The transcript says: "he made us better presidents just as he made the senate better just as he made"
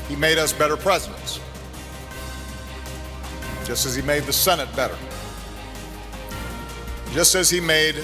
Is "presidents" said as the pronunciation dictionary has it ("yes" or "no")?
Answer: yes